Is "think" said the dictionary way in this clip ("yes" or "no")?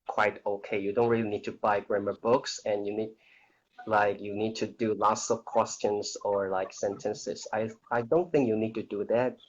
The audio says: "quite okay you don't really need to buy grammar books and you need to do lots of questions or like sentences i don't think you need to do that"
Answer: yes